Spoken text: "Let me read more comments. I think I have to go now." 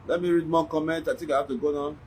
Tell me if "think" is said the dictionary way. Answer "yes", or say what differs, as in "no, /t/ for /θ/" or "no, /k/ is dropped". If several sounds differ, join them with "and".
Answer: no, /t/ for /θ/